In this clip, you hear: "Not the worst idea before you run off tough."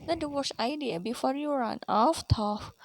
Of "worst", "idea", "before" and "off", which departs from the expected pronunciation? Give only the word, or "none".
worst